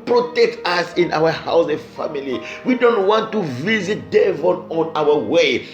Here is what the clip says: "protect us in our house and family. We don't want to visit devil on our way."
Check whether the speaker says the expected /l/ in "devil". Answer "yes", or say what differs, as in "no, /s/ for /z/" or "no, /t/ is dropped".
no, /n/ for /l/